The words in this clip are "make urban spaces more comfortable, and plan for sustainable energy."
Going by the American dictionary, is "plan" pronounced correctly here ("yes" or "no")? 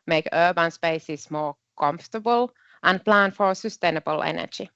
yes